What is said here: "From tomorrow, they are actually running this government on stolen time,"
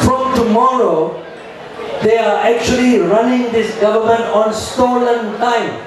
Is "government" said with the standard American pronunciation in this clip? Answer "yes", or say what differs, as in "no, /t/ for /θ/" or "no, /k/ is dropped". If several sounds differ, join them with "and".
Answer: yes